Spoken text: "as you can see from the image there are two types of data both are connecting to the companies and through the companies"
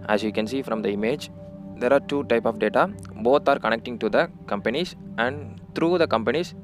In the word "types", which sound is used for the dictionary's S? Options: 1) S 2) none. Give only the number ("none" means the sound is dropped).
2